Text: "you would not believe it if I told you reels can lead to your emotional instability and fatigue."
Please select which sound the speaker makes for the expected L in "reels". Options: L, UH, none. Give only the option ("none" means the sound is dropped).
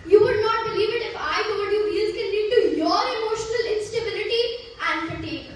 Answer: none